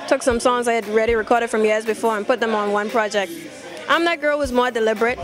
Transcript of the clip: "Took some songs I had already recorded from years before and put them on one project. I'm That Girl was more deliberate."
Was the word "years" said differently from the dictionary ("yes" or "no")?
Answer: no